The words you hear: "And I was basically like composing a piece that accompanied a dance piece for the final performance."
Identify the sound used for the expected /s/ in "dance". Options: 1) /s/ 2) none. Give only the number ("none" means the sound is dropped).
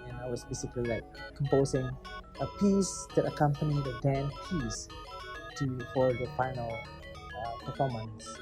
2